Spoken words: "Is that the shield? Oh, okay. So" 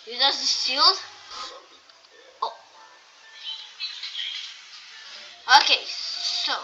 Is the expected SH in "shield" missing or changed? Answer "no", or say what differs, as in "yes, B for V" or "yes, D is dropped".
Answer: yes, S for SH